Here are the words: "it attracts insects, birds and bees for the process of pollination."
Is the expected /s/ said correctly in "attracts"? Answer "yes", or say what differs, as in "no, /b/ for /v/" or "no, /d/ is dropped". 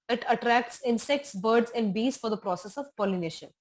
yes